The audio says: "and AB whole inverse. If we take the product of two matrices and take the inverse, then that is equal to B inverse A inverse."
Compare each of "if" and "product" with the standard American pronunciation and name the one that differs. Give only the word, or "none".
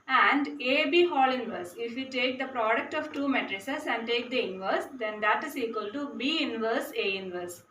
none